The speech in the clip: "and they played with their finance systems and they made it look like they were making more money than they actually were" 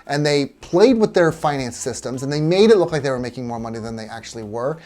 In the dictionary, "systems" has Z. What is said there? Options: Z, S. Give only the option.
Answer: Z